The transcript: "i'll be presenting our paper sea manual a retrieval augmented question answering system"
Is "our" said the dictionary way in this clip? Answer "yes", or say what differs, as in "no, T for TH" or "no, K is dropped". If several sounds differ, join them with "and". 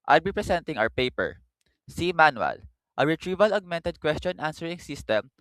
no, W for R